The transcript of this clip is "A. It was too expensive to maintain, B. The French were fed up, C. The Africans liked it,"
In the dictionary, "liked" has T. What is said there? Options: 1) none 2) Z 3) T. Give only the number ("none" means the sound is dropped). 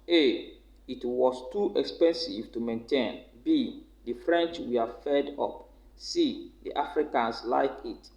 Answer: 1